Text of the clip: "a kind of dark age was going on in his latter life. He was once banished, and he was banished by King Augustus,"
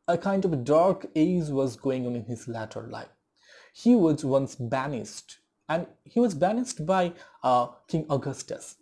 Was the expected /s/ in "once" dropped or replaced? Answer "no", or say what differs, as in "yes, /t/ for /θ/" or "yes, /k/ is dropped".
no